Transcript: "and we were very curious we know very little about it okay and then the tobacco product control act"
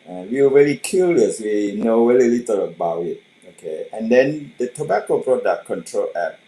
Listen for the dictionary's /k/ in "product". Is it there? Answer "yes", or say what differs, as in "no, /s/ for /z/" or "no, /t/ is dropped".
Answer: no, /k/ is dropped